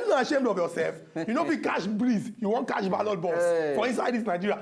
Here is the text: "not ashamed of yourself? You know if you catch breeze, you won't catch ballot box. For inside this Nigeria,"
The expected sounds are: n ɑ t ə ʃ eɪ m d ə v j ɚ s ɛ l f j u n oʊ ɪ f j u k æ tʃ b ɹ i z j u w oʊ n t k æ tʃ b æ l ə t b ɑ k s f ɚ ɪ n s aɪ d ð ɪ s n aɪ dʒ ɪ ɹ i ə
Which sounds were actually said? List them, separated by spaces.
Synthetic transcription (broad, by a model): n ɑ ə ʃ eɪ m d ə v j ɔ s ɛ l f j u n oʊ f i k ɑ ʃ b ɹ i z j u w oʊ n t k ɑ ʃ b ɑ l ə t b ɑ s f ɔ ɪ n s aɪ d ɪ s n aɪ dʒ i ɹ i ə